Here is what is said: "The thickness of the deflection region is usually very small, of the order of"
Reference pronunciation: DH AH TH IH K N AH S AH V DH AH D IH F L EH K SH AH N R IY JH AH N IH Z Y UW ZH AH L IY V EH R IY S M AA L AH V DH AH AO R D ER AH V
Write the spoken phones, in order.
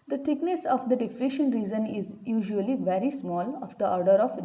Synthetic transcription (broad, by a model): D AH T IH K N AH S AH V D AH D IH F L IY SH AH N R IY Z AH N IH Z Y UW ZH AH L IY V EH R IY S M AA L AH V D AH AO R D ER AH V